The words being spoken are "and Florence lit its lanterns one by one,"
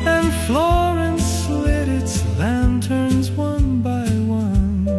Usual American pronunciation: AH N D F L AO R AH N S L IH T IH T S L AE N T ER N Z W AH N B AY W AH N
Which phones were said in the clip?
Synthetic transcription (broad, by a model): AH N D F L AO R AH N S L IH T IH T S L AE N T ER N Z W AH N B AY W AH N